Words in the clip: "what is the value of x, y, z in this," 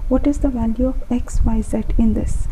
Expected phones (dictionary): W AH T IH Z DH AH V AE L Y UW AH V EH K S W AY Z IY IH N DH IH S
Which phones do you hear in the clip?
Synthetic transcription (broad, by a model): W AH T IH Z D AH V AE L Y UW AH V EH K S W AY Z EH IH N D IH S